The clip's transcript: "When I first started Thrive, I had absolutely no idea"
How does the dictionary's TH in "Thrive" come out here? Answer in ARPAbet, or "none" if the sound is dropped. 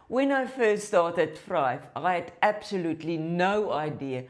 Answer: F